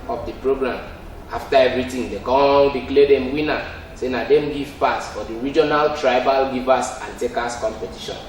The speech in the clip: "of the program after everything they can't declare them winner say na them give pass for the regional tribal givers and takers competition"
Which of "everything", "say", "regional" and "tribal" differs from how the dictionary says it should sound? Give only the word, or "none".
everything